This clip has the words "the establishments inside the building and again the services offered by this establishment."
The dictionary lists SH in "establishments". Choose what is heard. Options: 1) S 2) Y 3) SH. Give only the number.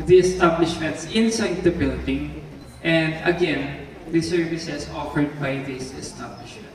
3